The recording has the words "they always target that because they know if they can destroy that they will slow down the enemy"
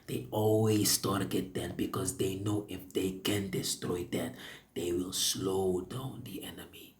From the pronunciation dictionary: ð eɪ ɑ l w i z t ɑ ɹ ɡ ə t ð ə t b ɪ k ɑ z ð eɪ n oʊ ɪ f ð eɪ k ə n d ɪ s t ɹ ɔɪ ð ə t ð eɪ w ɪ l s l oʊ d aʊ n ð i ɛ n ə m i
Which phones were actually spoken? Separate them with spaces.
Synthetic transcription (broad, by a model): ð eɪ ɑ l w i s t ɑ ɹ ɡ ə t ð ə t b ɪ k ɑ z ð eɪ n oʊ ɪ f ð eɪ k ə n d ɪ s t ɹ ɔɪ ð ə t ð eɪ w ɪ l s l oʊ d aʊ n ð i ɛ n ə m i